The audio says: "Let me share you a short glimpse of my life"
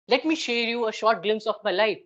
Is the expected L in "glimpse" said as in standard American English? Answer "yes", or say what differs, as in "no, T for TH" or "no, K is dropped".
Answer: yes